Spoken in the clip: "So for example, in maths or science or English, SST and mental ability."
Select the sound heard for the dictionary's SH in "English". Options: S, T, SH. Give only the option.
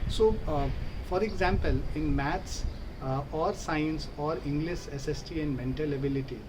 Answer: S